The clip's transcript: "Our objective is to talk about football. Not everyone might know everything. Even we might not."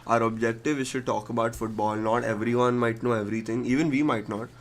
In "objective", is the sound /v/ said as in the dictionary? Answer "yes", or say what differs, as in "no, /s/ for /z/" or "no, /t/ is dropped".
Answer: yes